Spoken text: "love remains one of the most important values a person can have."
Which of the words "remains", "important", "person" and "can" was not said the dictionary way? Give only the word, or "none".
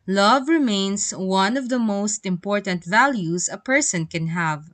remains